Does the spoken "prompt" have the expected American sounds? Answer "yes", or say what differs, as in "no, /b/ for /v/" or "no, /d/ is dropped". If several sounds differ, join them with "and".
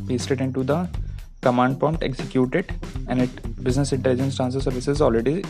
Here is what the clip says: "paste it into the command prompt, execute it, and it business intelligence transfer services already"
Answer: no, /ɹ/ is dropped